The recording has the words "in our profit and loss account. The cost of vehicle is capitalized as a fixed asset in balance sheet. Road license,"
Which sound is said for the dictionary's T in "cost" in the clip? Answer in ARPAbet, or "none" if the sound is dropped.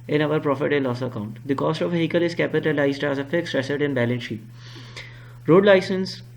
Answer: T